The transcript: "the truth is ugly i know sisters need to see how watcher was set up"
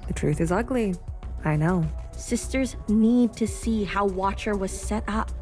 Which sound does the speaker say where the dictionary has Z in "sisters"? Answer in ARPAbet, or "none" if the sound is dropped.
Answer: Z